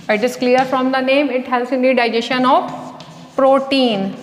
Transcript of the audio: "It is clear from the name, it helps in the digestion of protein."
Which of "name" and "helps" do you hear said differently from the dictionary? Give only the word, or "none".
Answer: helps